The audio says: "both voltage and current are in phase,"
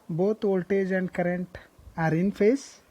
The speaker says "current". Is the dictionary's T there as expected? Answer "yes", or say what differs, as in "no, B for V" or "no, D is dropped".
yes